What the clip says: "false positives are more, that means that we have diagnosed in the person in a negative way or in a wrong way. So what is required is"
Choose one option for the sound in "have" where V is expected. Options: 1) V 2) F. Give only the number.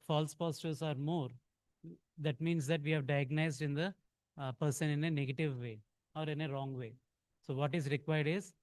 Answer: 1